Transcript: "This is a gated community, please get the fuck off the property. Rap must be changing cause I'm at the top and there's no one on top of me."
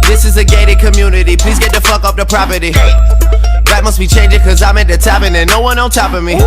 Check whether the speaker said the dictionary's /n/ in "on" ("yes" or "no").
no